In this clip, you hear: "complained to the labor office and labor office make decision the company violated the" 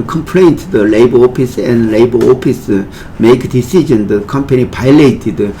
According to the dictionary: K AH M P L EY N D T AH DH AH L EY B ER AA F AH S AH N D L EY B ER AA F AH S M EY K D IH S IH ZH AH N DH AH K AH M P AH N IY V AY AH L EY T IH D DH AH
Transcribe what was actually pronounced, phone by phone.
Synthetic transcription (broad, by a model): K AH M P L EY N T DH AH L EY B ER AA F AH S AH N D L EY B ER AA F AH S M EY K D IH S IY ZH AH N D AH K AH M P AH N IY P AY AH L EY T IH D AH